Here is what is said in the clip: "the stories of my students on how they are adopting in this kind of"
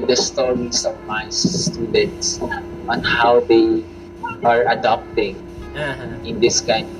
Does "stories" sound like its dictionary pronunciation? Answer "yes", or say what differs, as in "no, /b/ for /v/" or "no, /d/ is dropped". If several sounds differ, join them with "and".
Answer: no, /s/ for /z/